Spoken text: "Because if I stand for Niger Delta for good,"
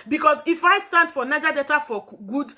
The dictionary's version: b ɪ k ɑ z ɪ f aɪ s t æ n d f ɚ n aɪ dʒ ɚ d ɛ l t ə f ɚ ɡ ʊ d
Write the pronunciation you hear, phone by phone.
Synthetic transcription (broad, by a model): b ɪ k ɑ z ɪ f aɪ s t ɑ n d f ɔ n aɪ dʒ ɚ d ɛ t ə f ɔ ɡ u d